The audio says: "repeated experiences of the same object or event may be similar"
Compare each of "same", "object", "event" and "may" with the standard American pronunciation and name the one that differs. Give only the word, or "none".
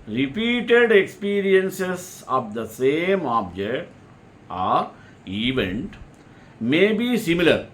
none